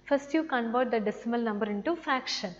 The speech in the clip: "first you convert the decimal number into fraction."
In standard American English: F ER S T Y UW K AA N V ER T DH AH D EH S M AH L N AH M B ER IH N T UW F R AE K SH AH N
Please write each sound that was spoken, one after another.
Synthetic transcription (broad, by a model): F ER S T Y UW K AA N B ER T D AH D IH S M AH L N AH M B ER IH N T UW F R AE K SH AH N